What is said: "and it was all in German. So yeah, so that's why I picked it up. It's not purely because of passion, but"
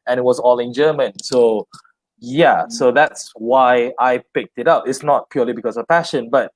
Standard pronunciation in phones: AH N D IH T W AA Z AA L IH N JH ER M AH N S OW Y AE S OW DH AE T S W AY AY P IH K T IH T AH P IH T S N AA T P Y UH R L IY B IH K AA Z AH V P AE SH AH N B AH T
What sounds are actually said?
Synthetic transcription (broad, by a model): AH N IH T W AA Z AA L IH N JH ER M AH N S OW Y AE S OW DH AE T S W AY AY P IH K T IH T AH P IH T S N AA T P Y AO L IY B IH K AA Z AH V P AE SH AH N B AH T